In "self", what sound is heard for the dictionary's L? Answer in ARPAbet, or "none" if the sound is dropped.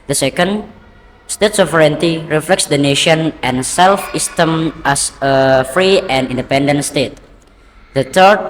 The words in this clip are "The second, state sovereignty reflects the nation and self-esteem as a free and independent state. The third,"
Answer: L